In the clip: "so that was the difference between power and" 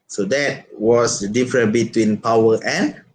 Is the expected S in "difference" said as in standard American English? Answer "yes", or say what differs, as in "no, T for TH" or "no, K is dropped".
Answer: no, S is dropped